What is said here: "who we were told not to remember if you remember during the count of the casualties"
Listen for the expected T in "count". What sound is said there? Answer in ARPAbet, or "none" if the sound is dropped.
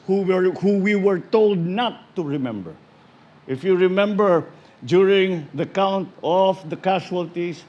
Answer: T